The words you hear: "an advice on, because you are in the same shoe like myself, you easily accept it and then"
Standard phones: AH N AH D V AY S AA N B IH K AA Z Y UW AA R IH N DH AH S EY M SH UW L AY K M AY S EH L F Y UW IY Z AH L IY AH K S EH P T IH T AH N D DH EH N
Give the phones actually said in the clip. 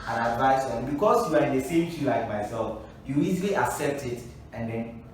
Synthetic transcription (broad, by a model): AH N AH D V AY S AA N B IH K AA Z Y UW AA R IH N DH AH S EY M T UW L AY K M AY S EH L F Y UW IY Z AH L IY AH K S EH P T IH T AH N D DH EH N